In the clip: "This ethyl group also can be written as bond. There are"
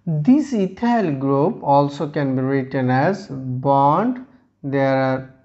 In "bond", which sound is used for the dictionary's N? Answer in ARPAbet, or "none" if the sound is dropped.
N